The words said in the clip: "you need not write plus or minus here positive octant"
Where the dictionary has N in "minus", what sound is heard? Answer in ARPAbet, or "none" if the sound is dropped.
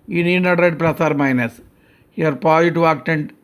N